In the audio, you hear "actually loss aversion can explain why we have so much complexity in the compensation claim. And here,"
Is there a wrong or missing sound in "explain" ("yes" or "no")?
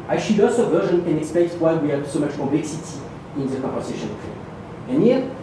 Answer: yes